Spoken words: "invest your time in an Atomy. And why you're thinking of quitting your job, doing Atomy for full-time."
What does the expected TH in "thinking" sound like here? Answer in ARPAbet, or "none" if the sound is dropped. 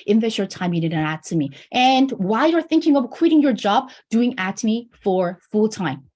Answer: TH